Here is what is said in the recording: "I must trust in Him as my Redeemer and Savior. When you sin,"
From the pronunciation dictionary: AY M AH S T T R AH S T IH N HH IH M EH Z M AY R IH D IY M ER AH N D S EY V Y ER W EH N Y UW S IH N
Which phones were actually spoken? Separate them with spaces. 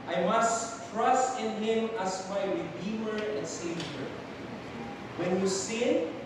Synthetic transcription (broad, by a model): AY M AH S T T R AH S T IH N HH IH M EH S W AY W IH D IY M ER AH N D S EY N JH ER W EH N Y UW S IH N